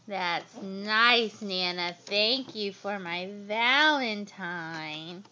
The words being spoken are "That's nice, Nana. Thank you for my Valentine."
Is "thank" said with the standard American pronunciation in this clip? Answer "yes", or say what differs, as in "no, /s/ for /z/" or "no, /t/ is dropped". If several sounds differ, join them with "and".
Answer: yes